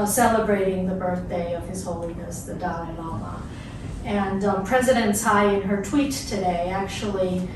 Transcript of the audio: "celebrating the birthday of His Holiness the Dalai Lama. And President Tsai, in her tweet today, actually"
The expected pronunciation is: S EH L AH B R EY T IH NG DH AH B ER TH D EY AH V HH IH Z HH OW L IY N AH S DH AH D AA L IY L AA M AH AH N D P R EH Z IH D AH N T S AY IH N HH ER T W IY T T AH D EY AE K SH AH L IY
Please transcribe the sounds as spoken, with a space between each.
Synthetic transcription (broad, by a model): S EH L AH B R EY T IH NG DH AH B ER TH D EY AH V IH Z HH OW L IY N AH S DH AH D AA N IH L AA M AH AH N P R EH Z IH D AH N T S AY IH N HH ER T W IY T T AH D EY AE K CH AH L IY